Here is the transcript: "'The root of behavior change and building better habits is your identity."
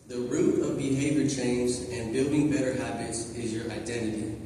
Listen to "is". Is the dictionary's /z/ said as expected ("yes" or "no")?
yes